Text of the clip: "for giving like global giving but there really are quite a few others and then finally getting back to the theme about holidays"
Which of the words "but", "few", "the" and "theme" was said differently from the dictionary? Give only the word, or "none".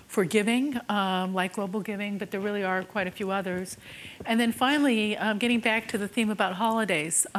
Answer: none